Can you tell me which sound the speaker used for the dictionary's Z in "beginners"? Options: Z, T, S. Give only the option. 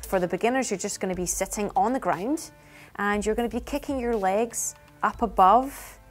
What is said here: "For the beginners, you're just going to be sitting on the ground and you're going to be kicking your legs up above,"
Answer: Z